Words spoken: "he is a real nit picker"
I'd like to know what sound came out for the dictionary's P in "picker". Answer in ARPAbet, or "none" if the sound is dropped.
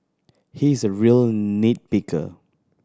B